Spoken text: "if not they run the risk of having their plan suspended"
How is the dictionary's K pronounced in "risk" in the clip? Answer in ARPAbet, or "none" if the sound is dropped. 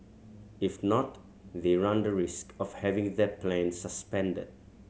K